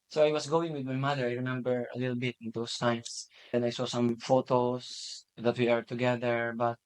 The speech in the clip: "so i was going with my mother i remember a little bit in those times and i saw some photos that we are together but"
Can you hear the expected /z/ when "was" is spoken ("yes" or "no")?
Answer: no